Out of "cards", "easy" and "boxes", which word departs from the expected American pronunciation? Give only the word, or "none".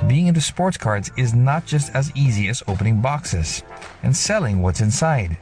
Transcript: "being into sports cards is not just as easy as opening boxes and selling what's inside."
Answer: none